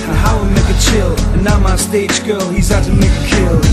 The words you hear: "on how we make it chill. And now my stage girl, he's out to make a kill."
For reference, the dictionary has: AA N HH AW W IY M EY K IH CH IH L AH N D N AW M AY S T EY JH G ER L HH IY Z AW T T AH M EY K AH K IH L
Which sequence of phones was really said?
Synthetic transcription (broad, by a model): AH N HH AW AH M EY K IH CH IH L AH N N AW M AY S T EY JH G ER L HH IY Z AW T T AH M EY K AH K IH L